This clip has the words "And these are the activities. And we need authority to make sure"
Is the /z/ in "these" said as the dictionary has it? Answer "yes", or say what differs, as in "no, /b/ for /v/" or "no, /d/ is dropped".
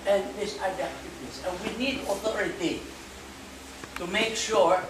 no, /s/ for /z/